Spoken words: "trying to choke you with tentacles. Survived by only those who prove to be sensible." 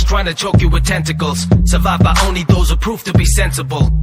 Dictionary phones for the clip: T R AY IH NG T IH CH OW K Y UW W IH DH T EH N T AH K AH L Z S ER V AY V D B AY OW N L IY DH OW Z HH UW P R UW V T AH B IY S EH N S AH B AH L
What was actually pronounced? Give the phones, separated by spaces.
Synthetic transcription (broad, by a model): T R AY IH NG T IH CH OW K Y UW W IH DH T EH N T AH K AH L Z S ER V AY V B AY OW N L IY DH OW Z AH P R UW F T AH B IY S EH N S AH B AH L